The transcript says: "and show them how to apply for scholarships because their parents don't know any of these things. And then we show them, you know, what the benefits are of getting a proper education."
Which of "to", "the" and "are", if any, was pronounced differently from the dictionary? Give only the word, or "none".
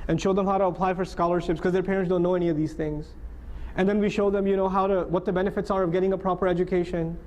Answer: none